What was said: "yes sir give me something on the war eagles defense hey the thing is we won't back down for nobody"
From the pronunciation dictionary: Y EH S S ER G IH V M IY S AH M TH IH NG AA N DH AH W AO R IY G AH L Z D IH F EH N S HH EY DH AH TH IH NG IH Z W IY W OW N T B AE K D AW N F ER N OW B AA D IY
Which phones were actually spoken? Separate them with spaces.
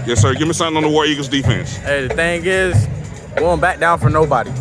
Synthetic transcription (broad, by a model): Y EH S S ER G IH V M IY S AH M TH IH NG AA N DH AH W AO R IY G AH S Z D IH F EH N S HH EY DH AH TH IH NG IH Z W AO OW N B AE K D AW N F ER N OW B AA D IY